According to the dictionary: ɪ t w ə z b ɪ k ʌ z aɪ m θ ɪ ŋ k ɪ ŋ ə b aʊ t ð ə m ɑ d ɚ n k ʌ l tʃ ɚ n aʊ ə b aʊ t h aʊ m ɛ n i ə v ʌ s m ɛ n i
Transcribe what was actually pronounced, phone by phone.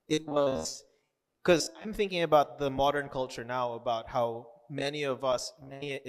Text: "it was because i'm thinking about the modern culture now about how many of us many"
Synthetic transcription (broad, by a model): ɪ t w ə z k ʌ z aɪ m θ ɪ ŋ k ɪ ŋ ə b aʊ t ð ə m ɑ d ɚ n k ʌ l tʃ ɚ n aʊ ə b aʊ t h aʊ m ɛ n i ə v ʌ s m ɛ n i